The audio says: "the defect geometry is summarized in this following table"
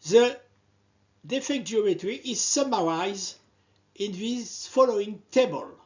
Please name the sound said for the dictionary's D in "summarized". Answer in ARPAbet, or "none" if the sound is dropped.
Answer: none